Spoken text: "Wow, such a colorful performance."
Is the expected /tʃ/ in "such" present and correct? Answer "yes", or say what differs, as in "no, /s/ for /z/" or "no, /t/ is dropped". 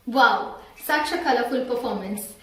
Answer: no, /ʃ/ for /tʃ/